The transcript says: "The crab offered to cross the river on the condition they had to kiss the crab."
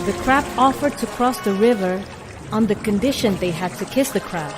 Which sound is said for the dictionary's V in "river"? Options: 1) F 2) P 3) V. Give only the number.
3